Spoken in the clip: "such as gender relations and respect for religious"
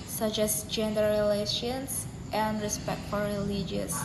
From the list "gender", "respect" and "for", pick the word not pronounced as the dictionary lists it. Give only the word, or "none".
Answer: none